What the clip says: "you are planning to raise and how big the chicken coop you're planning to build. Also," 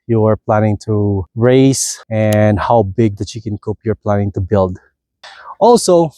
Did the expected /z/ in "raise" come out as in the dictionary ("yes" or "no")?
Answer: no